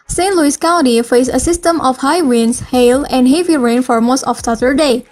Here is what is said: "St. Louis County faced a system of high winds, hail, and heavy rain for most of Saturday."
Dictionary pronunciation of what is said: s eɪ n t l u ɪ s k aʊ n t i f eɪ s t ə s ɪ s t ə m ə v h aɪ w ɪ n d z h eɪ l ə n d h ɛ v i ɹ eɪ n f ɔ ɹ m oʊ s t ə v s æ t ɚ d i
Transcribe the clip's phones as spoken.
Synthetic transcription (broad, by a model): s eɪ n l u ɪ s k aʊ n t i f eɪ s ə s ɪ s t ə m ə f h aɪ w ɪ n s h eɪ l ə n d h ɛ v i ɹ eɪ n f ɔ ɹ m oʊ s t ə f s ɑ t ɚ d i